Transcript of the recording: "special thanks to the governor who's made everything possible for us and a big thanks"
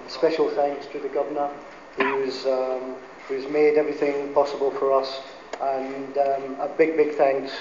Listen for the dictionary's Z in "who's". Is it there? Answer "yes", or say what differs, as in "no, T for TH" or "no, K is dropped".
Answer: yes